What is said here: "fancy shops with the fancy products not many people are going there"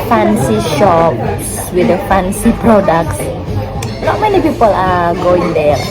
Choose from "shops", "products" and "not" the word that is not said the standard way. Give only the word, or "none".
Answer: none